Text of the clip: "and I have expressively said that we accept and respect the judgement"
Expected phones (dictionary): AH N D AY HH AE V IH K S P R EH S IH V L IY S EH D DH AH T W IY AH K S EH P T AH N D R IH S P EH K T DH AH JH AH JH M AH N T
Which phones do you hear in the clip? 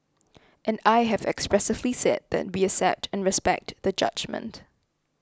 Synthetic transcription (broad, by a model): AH N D AY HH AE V IH K S P R EH S IH V L IY S EH D DH AH T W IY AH S EH P T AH N R IH S P EH K T DH AH JH AH JH M AH N T